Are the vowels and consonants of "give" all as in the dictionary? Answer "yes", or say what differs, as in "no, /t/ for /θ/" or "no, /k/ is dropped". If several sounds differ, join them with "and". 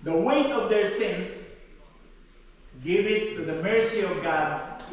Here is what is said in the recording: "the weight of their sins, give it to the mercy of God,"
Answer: yes